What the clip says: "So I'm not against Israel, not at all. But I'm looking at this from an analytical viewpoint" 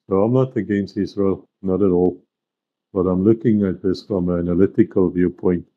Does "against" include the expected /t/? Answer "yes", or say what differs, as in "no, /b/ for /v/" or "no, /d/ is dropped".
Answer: no, /t/ is dropped